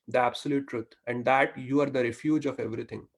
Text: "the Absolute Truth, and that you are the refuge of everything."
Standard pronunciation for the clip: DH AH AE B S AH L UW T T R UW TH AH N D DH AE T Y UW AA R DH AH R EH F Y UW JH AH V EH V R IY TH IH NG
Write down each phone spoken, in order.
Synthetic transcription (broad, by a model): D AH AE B S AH L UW T T R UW T AH N D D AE T Y UW AA R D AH R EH F Y UW JH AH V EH V R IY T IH NG